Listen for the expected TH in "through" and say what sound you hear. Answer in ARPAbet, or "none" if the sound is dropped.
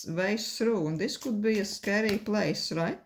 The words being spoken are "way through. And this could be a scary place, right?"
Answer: S